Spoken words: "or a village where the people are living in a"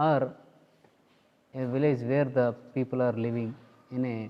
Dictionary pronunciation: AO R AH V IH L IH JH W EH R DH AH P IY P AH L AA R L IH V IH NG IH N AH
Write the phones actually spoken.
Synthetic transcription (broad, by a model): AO R AH V IH L IH JH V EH R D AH P IY P AH L AA R L IH V IH NG IH N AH